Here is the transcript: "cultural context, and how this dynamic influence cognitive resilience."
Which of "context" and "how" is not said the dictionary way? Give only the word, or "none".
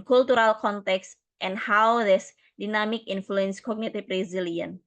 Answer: none